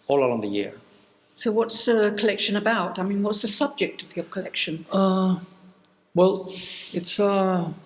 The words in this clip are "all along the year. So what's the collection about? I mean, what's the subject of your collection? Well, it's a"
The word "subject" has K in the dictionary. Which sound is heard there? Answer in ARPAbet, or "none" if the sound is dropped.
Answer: K